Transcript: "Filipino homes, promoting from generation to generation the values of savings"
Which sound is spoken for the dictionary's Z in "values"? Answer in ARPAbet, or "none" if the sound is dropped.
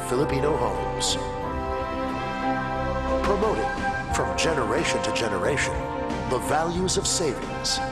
Z